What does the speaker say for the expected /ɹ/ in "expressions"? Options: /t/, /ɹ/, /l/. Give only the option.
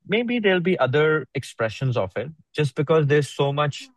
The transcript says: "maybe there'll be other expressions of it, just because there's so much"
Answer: /ɹ/